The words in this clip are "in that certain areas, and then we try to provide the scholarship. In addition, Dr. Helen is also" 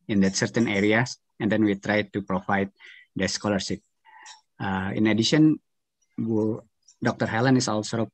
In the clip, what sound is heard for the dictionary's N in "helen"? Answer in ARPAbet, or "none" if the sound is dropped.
N